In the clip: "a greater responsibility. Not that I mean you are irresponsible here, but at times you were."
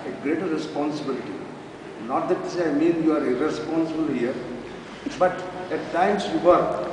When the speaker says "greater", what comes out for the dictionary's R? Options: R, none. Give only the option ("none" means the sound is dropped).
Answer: R